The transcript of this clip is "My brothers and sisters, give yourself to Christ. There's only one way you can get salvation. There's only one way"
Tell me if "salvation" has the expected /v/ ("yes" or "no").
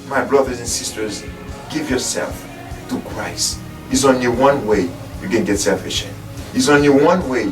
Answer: no